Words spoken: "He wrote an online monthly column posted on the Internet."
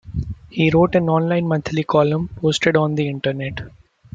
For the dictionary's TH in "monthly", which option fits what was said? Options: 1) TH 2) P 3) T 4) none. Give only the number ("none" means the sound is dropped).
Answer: 3